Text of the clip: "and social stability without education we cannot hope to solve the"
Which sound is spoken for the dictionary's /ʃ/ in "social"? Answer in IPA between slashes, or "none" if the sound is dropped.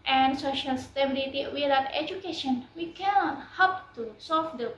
/ʃ/